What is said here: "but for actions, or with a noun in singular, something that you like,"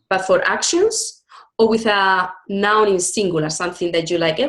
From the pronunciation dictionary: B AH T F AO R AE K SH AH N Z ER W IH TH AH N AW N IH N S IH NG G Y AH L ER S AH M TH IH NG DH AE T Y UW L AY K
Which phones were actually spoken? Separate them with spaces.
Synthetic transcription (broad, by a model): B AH T F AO R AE K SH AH N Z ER W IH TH AH N AW N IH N S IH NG G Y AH L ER S AH M TH IH NG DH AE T Y UW L AY K